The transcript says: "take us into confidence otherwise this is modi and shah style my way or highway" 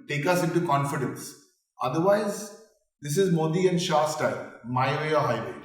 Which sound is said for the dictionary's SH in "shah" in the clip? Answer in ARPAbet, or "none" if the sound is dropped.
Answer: SH